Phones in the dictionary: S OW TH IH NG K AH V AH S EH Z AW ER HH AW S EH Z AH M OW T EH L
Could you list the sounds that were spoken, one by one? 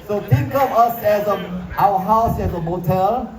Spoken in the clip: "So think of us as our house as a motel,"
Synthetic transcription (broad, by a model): S OW T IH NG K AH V AH S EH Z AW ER HH AW S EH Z AH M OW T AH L